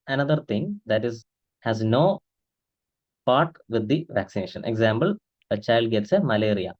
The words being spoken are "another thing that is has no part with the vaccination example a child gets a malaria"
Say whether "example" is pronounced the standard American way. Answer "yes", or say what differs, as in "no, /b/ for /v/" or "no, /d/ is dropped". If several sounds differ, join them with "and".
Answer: no, /b/ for /p/